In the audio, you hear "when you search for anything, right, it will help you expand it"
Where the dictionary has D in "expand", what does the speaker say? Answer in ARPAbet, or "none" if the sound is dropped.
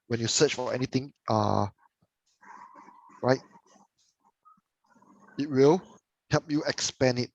none